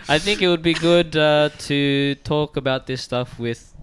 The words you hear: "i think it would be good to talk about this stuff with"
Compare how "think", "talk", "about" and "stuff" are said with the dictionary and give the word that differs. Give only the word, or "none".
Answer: none